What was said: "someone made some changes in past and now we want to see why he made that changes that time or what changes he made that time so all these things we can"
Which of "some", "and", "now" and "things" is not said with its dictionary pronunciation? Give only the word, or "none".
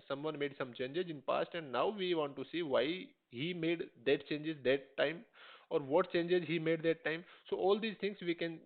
things